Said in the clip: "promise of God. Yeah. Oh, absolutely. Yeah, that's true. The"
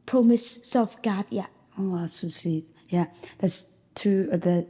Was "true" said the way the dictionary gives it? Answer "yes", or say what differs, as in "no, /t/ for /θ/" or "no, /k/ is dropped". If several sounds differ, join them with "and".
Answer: no, /ɹ/ is dropped